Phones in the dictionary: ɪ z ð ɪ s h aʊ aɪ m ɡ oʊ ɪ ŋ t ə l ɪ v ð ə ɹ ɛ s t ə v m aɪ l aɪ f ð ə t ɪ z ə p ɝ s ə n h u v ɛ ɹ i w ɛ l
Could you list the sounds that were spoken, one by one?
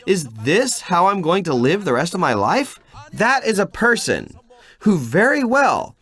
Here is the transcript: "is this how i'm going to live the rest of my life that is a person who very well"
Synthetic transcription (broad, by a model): ɪ z ð ɪ s h aʊ aɪ m ɡ oʊ ɪ ŋ t ə l ɪ v ð ə ɹ ɛ s t ə v m aɪ l aɪ f ð ə t ɪ z ə p ɝ s ə n h u v ɛ ɹ i w ɛ l